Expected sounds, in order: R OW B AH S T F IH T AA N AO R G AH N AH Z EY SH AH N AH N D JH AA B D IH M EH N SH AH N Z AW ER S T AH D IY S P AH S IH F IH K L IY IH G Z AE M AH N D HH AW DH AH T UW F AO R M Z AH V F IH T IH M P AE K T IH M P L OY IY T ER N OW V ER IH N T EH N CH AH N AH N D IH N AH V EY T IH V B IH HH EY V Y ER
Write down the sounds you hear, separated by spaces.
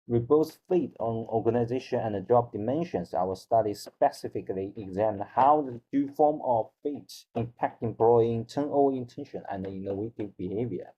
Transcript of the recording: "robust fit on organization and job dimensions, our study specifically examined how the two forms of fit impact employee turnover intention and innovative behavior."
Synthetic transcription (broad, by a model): R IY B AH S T F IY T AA N AO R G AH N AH Z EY SH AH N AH N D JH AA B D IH M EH N SH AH N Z AW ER S T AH D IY S P AH S IH F IH K L IY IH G Z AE M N HH AW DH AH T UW F AO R M AH V F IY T IH M P AE K T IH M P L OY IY T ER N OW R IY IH N T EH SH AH N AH N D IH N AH W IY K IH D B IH HH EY V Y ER